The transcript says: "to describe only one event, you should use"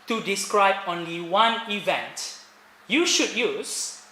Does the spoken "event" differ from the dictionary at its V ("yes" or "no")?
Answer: no